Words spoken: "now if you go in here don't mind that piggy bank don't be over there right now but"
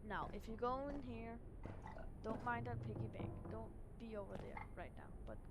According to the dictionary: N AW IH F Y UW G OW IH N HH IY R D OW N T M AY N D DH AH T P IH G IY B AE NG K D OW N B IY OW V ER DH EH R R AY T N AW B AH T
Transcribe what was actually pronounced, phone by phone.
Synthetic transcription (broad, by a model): N AW IH F Y UW G OW IH N HH IY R D OW N T M AY N D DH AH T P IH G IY B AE K D OW N B IY OW V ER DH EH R R AY T N AW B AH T